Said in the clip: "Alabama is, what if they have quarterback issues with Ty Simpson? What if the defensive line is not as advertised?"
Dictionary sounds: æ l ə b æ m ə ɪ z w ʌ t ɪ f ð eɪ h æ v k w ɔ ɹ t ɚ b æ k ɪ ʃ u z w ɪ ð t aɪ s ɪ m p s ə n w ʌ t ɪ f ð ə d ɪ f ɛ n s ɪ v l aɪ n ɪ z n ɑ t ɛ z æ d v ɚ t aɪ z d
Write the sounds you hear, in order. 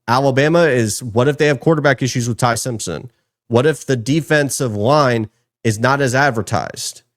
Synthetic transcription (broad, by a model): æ l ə b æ m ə ɪ z w ʌ t ɪ f ð eɪ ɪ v k w ɔ ɹ t ɚ b æ k ɪ ʃ u z w ɪ ð t aɪ s ɪ m p s ə n w ʌ t ɪ f ð ə d ɪ f ɛ n s ɪ v l aɪ n ɪ z n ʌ t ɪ z æ d v ɚ t aɪ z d